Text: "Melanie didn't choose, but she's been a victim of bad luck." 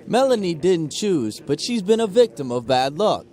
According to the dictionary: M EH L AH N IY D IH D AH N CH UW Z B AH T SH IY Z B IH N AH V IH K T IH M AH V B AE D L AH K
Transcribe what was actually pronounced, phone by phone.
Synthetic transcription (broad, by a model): M EH L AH N IY D IH D N CH UW Z B AH T SH IY Z B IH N AH V IH K T IH M AH V B AE D L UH K